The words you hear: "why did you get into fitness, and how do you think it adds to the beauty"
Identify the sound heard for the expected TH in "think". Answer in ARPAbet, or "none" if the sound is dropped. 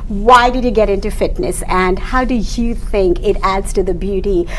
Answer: TH